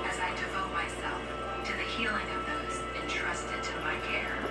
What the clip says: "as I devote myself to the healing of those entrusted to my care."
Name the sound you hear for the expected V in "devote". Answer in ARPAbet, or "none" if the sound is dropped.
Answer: V